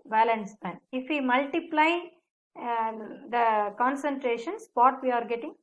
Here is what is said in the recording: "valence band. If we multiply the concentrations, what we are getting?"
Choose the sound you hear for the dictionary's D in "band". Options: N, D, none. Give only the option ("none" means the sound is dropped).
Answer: none